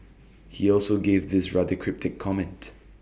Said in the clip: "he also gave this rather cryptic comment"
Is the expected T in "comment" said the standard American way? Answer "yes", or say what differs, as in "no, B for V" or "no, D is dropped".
yes